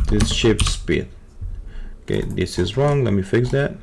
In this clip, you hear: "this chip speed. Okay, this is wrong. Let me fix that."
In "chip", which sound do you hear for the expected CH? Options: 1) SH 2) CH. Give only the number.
1